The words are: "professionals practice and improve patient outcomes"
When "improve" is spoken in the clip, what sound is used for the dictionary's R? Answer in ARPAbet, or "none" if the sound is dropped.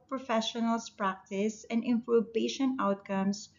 none